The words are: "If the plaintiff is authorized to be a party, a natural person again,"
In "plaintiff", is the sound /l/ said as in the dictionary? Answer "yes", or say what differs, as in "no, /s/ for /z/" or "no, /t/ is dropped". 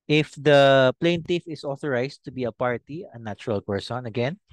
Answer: yes